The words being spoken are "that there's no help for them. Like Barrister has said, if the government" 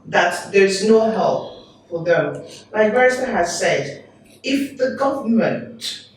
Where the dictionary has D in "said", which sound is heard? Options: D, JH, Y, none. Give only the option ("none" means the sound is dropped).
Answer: D